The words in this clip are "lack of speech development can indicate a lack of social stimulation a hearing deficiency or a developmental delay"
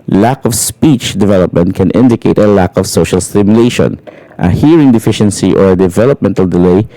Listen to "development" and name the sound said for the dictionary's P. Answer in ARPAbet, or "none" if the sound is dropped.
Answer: P